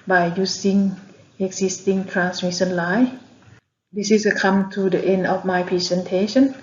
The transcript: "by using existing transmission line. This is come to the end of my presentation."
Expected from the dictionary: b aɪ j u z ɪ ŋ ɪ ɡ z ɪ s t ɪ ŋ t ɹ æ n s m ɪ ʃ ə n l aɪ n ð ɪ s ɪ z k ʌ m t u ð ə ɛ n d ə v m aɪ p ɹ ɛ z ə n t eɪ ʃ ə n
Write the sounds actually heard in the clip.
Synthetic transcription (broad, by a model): b aɪ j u s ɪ ŋ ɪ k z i s t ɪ ŋ t ɹ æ n s m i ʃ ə n l aɪ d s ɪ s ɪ k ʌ m t u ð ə ɛ n d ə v m aɪ p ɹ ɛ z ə n t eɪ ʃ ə n